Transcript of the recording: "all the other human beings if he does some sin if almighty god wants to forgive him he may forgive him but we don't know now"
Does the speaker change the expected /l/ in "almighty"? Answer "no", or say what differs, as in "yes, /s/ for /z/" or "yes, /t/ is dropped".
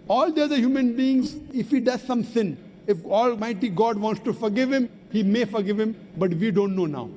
no